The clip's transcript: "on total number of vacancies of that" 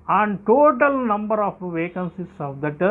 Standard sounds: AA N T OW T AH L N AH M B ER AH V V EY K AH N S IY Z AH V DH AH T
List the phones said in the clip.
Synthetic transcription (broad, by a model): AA N T OW T AH L N AH M B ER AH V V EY K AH N S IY S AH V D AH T